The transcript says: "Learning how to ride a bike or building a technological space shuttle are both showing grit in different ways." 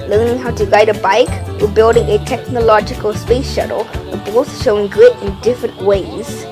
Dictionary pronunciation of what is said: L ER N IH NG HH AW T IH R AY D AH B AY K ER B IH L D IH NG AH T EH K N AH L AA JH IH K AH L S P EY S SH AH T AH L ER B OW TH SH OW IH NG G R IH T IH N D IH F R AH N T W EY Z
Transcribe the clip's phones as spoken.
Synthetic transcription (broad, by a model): L ER N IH NG HH AW T IH R AY D AH B AY K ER B IH L D IH NG AH T EH K N AH L AA JH IH K AH L S P EY S SH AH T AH L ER B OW S SH OW IH NG G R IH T IH N D IH F R AH N T W EY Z